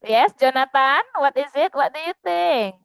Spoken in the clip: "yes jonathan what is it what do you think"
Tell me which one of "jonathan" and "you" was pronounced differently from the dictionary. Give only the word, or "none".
jonathan